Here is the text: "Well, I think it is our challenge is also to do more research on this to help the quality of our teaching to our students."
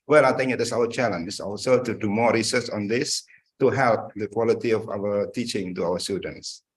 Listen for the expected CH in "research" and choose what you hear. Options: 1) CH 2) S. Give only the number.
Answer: 2